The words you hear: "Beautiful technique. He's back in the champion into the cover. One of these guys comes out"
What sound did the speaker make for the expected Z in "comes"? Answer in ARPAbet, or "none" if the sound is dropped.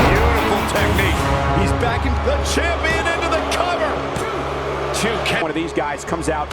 Z